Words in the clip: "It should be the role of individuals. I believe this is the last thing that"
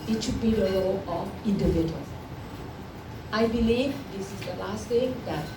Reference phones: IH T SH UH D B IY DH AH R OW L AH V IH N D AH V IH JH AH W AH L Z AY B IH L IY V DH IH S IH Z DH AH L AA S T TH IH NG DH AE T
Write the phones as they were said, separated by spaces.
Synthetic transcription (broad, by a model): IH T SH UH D B IY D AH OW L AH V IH N D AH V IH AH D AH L AY B IH L IY V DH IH S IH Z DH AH L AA S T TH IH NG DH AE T